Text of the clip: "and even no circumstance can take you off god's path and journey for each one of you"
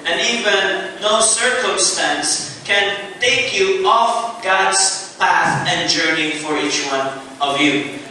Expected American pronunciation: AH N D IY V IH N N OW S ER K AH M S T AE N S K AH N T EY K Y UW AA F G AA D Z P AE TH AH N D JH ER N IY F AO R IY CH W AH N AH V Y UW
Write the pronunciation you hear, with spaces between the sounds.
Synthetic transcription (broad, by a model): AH N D IY V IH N N OW S ER K AH M S T AE N S K AH N T EY K Y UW AA F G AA D S P AE TH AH N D JH ER N IY F AO R IY CH W AH N AH V Y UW